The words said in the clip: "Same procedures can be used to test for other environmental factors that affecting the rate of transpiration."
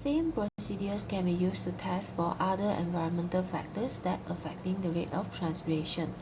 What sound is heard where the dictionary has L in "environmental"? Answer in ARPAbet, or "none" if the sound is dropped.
L